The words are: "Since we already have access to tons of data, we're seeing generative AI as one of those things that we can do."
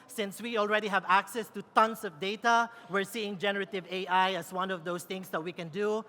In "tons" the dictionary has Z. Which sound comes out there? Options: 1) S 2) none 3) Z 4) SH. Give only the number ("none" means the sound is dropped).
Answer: 1